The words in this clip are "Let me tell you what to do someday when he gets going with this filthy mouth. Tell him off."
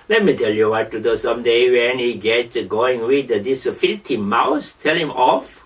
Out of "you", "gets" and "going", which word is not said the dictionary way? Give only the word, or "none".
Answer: gets